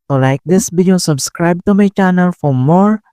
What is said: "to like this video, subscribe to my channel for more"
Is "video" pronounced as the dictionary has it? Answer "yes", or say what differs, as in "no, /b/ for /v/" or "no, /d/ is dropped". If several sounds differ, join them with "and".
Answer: no, /b/ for /v/